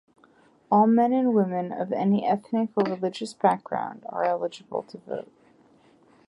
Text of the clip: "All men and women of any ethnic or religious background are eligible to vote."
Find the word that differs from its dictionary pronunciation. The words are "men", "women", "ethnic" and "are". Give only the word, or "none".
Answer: none